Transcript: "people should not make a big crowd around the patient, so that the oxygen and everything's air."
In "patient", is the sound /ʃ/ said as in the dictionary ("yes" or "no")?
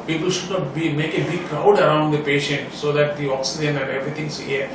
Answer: yes